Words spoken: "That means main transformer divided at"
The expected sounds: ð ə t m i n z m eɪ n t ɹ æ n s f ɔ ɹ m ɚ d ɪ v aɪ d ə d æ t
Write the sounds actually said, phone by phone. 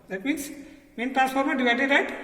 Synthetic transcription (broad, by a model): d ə t m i n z m eɪ n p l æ s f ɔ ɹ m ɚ d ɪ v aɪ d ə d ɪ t